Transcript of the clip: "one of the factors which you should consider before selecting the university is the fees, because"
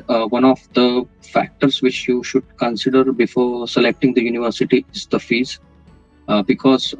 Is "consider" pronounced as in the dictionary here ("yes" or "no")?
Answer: yes